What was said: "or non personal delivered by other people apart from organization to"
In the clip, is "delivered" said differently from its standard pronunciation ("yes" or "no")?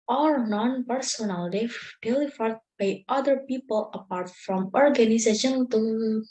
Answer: yes